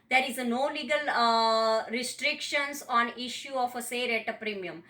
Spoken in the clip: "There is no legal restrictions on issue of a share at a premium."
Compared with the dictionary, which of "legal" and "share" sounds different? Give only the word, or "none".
share